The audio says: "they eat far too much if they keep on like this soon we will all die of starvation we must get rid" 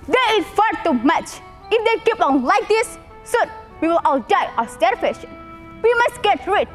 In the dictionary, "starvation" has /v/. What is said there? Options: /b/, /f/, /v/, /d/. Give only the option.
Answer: /f/